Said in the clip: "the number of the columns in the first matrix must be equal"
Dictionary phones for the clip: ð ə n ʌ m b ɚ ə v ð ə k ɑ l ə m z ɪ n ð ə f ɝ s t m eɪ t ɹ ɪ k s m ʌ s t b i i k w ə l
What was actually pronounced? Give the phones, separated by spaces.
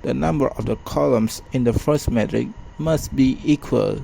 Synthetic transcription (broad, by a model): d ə n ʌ m b ɚ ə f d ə k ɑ l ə m s ɪ n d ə f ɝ s m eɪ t ɹ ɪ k m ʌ s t b i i k w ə l